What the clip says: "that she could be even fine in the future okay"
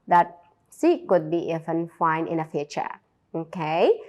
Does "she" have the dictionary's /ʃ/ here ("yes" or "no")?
no